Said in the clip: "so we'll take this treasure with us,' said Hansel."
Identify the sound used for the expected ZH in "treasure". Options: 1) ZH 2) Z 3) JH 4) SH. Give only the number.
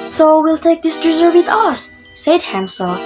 2